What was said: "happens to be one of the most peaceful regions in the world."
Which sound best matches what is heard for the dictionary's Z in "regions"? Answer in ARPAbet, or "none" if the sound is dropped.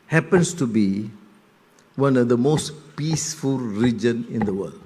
none